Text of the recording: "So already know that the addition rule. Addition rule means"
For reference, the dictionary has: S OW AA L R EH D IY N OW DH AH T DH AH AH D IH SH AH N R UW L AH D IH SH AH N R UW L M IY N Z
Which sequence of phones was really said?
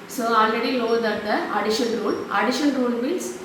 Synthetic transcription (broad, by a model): S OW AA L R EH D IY L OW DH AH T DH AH AH D IH SH AH N R UW L AH D IH SH AH N R UW L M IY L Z